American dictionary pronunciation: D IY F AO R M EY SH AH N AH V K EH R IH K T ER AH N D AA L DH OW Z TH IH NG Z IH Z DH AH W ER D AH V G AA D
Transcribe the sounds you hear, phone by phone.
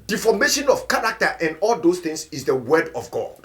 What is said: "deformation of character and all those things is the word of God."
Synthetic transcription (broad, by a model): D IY F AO M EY SH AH N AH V K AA R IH K T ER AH N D AA L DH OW S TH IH NG S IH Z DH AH W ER D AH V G AA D